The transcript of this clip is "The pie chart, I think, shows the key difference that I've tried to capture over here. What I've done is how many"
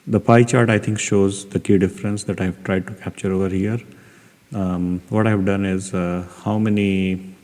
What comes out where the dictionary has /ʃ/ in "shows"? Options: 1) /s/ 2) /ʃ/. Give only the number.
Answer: 2